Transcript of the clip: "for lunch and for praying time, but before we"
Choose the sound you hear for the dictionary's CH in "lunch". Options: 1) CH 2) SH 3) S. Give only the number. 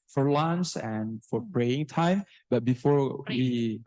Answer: 3